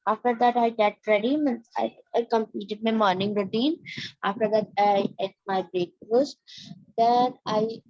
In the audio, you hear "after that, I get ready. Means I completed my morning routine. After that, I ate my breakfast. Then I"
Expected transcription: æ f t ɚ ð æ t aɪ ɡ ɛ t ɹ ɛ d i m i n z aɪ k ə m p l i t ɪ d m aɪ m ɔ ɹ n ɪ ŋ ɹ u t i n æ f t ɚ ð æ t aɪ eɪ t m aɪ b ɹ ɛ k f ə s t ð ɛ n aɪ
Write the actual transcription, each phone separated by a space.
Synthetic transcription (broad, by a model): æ f t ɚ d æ t aɪ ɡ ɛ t ɹ ɛ d i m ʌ n aɪ k ə m p l i t ɪ d m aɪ m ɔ ɹ n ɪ ŋ ɹ u t i n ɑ f t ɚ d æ t aɪ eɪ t m aɪ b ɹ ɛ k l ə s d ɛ n aɪ